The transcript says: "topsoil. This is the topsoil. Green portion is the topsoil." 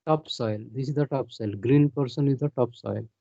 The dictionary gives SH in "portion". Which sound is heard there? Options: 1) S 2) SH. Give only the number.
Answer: 1